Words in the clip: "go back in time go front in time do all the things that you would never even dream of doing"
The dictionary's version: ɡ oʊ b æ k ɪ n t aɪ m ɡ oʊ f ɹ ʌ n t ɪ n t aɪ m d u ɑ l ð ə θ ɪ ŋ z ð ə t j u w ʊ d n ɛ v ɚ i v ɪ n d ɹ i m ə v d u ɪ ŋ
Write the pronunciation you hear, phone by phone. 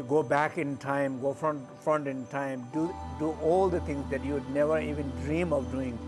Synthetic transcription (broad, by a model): ɡ oʊ b æ k ɪ n t aɪ m ɡ oʊ f ɹ ʌ n t ɪ n t aɪ m d u ɑ l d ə t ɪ ŋ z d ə t j u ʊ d n ɛ v ɚ i v ɪ n d ɹ i m ə v d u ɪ ŋ